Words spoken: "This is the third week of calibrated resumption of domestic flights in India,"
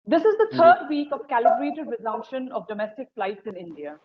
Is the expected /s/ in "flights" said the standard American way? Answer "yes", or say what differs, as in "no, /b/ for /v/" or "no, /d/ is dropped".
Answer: yes